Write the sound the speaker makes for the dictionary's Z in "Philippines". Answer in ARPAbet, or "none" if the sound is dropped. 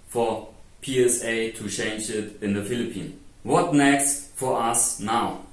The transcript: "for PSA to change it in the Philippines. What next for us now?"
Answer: none